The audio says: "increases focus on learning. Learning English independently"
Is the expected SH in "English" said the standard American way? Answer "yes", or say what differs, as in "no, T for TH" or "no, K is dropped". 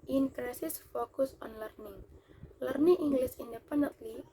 no, S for SH